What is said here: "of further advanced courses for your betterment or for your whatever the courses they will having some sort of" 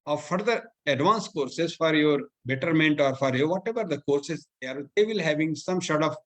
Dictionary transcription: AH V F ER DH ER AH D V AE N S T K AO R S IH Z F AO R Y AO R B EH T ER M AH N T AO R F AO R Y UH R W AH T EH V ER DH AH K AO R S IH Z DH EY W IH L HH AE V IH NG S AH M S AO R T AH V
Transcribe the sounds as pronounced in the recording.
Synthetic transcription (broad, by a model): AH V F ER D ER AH D V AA N S K AO R S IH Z F AO R Y AO R B EH T ER M AH N T AO R F AO R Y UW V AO T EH V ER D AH K AO R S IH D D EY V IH L HH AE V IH NG S AH M SH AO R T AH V